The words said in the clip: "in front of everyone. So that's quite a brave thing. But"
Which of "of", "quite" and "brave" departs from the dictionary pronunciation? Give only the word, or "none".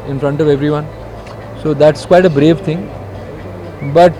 none